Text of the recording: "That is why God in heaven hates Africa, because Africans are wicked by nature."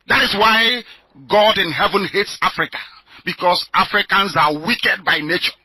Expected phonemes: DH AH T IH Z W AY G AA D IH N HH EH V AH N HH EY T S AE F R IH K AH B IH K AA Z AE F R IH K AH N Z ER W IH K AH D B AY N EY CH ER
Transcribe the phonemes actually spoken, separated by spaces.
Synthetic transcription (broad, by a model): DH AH T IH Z W AY G AA D IH N HH EH V AH N HH EY T S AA F R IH K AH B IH K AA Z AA F R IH K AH N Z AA W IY K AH D B AY N EY CH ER